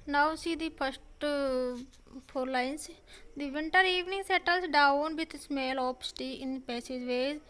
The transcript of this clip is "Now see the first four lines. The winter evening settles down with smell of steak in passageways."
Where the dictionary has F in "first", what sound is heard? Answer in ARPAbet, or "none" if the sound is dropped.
P